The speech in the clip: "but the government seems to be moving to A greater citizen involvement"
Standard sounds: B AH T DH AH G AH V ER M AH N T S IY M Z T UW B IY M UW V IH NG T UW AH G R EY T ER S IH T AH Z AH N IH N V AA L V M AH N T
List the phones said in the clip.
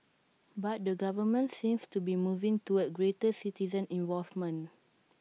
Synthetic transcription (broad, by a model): B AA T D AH G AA V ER M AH N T S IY M S T UW B IY M UW V IH NG T UW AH G R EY T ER S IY T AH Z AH N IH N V AA L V M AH N